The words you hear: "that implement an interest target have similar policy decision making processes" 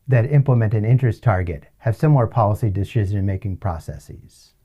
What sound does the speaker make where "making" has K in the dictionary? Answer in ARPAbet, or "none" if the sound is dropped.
K